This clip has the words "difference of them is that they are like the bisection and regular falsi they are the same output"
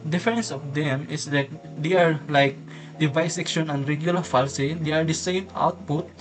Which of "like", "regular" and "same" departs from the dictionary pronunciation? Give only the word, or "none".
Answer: none